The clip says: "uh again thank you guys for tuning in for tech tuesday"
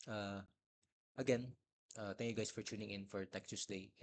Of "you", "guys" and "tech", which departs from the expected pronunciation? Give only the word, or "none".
guys